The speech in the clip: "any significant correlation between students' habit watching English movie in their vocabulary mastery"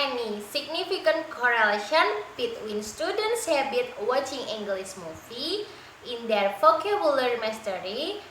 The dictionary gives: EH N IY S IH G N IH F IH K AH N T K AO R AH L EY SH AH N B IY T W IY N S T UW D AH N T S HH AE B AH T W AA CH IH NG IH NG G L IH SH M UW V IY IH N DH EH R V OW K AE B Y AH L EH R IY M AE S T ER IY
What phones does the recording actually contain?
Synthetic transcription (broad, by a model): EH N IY S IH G N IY F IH K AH N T K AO R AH L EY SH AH N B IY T W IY N S T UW D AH N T S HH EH B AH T W AA CH IH NG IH NG G L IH S M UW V IY IH N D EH R F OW K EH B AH L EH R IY M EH S T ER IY